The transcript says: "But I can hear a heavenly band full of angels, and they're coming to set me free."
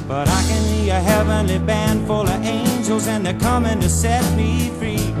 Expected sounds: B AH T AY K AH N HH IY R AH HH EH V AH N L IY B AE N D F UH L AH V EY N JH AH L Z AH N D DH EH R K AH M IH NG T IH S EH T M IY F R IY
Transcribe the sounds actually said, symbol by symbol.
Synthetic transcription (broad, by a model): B AH T AY K AH N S IY AH HH EH V AH N L IY B AE N D F UH L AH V EY N JH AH L Z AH N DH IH K AH M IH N T IH S EH T M IY F R IY